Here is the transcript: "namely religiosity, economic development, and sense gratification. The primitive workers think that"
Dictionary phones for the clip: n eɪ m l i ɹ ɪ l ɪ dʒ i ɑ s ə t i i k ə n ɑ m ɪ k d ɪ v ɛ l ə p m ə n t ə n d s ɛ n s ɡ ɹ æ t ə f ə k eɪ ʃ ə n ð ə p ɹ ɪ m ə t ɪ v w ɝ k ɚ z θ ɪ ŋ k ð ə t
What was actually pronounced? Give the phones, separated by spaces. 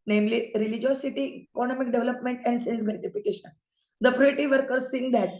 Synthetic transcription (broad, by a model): n eɪ m l i ɹ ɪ l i dʒ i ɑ s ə t i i k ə n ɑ m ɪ k d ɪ v l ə p m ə n t ə n d s ɛ n s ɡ ɛ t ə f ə k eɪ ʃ ə n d ə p ɹ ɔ ə t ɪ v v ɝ k ɚ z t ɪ ŋ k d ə t